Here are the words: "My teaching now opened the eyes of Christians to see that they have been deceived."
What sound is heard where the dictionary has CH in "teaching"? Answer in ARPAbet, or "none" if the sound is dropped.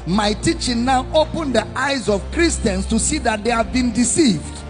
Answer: CH